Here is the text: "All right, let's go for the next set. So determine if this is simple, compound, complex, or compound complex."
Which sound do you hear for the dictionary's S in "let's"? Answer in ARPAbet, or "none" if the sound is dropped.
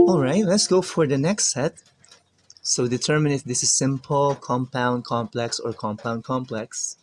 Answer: S